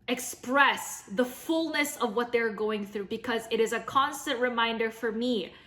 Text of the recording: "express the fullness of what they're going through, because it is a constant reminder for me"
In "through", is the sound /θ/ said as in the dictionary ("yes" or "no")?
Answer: yes